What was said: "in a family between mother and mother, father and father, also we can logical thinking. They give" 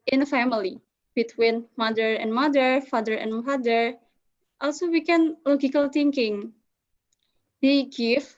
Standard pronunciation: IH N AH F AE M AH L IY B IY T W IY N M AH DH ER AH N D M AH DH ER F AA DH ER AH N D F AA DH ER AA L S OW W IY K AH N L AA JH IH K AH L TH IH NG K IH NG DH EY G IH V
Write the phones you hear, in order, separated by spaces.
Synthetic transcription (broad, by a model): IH N AH F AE M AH L IY B IY T W IY N M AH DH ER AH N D M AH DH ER F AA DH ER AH N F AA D ER AA L S OW W IY K AH N L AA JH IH K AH L T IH NG K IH NG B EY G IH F